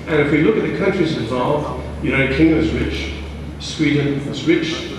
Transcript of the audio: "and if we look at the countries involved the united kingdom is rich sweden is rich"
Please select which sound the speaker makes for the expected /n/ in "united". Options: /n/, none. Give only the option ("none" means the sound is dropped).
none